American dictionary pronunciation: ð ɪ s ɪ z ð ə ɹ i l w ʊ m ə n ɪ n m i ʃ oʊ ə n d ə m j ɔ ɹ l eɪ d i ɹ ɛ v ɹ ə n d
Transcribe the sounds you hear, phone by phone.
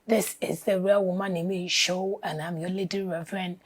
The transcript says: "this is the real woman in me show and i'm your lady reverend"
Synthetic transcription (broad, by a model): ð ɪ s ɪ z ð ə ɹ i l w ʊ m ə n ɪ m i ʃ oʊ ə n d ə m j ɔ l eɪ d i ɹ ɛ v ɹ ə n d